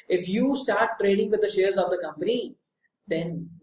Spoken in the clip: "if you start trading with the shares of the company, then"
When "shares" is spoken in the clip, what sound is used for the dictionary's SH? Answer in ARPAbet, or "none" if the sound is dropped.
SH